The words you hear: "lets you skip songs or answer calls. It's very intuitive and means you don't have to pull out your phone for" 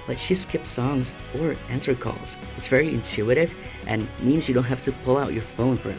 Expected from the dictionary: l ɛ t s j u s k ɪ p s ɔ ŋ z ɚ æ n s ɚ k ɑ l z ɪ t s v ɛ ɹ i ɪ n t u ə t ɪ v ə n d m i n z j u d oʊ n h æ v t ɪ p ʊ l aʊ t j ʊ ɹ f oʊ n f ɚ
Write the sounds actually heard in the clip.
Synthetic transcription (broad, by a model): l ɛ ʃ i s k ɪ p s ɔ ŋ z ɚ æ n s ɚ k ɑ l z ɪ t s v ɛ ɹ i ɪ n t u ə t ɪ v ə n m i n z j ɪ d oʊ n h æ f t ɪ p ʊ l aʊ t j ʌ ɹ f oʊ n f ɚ